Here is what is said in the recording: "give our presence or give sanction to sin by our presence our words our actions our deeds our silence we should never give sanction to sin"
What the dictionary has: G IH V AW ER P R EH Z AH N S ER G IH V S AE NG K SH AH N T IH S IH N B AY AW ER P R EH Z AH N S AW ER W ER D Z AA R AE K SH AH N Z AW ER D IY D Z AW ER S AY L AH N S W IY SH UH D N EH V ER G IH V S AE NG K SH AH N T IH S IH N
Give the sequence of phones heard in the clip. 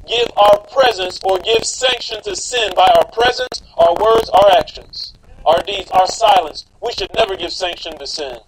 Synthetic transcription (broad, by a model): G IH V AW ER P R EH Z AH N S ER G IH V S AE NG K SH AH N T IH S IH N B AY AW ER P R EH Z AH N S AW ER W ER D Z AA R AE K SH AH N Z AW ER D IY D Z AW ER S AY L AH N S W IY SH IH D N EH V ER G IH V S AE NG K SH AH N T IH S IH N